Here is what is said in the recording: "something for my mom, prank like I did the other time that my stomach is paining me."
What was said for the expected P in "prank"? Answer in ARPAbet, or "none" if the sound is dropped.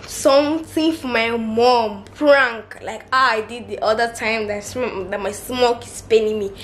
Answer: F